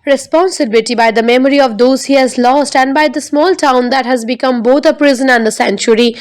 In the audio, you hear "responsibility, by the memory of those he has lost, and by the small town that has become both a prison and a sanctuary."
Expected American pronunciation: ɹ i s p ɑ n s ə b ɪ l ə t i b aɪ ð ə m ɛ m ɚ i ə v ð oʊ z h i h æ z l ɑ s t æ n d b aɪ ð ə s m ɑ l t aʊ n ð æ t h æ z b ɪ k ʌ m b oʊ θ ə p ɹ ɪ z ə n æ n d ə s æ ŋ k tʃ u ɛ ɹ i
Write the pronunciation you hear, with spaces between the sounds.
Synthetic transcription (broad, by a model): ɹ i s p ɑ n s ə b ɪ l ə t i b aɪ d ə m ɛ m ɚ i ə v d oʊ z h i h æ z l ɑ s t æ n d b aɪ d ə s m ɑ l t aʊ n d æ t h æ z b ɪ k ʌ m b oʊ t ə p ɹ ɪ z ə n æ n d ə s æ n tʃ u ɹ i